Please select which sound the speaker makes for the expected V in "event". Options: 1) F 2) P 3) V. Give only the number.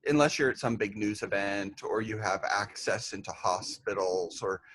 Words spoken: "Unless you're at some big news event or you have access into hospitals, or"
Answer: 3